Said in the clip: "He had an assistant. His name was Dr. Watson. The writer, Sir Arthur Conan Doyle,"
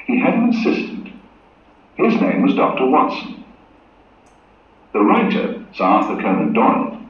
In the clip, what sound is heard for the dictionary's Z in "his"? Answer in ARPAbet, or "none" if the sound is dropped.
Z